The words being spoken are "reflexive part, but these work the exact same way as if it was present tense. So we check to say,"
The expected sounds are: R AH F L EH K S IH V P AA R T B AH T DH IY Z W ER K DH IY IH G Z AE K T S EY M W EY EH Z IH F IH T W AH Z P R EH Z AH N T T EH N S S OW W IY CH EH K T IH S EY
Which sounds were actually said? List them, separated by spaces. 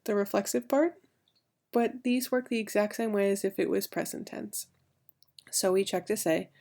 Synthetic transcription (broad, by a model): R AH F L EH K S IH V P AA R T B AH T DH IY Z W ER K DH IY IH G Z AE K T S EY M W EY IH Z IH F IH T W AH Z P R EH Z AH N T T EH N S S OW W IY CH EH K T IH S EY